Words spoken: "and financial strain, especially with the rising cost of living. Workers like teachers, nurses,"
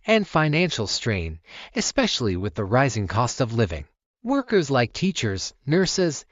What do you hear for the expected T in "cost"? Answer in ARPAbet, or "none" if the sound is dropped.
T